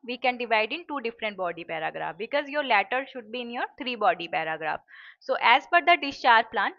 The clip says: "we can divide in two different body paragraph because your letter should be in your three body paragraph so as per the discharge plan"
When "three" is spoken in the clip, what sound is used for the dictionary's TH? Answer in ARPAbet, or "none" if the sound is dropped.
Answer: T